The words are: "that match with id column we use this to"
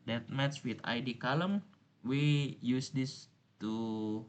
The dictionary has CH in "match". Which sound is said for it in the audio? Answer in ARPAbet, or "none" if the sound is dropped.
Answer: S